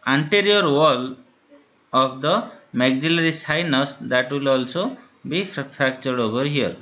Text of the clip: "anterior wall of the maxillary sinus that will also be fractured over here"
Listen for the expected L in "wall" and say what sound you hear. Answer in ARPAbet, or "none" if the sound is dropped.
L